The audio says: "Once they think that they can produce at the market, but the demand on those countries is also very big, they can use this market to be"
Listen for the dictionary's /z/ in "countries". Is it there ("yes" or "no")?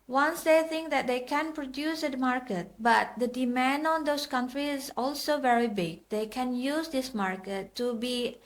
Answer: no